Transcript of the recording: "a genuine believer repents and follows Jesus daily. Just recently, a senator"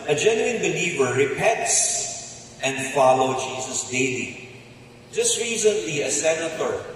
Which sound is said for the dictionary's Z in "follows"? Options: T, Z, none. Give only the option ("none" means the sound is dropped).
none